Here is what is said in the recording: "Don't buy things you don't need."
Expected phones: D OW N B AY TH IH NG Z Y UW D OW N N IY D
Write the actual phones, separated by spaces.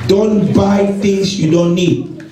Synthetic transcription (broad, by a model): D OW N B AY T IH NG S Y UW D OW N N IY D